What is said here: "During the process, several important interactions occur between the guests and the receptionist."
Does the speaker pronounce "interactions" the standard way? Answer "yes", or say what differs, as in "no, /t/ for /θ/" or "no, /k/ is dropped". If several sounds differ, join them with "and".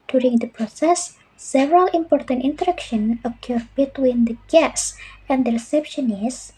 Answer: no, /z/ is dropped